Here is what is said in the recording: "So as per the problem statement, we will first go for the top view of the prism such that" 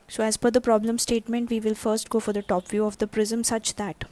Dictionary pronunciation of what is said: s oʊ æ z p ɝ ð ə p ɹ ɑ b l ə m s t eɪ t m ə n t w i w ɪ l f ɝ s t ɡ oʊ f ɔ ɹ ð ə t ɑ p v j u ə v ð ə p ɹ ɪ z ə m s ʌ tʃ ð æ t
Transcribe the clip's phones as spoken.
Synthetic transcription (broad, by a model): s oʊ æ z f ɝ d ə p ɹ ɑ b l ə m s t eɪ t m ə n t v i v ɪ l f ɝ s t ɡ oʊ f ɔ ɹ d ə t ɑ p v j u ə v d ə p ɹ ɪ z ə m s ʌ tʃ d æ t